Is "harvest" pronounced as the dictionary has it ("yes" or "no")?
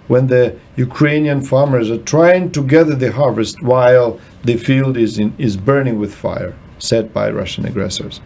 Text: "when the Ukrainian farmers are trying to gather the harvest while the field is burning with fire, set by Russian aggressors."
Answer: yes